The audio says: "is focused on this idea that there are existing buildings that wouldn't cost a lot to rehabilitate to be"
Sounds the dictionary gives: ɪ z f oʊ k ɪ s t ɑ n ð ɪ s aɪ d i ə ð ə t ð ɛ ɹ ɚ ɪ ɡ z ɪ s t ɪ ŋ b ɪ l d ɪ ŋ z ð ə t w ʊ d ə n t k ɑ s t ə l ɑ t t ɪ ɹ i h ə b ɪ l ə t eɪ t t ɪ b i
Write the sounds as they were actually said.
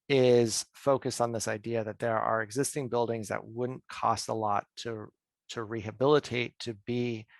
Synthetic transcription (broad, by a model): ɪ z f oʊ k ɪ s t n ð ɪ s aɪ d i ə ð ə t ð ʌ ɹ ɚ ɪ ɡ z ɪ s t ɪ ŋ b ɪ l d ɪ ŋ z ð ə t w ʊ d n k ɑ s t ə l ɑ t t ɪ ɹ i h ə b ɪ l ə t eɪ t t ɪ b i